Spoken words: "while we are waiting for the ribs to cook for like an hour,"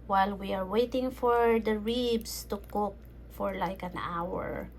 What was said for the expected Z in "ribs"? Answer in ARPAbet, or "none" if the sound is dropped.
S